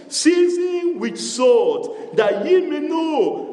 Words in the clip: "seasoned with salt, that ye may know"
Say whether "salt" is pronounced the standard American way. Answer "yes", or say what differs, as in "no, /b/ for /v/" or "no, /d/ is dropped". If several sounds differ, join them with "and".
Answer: no, /l/ is dropped